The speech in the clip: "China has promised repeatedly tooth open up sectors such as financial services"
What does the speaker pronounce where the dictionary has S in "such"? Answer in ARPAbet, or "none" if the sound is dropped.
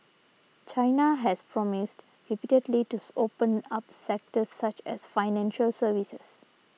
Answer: S